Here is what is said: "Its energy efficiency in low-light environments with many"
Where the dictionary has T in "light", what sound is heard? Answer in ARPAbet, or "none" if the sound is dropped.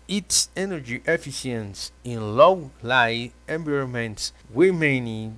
none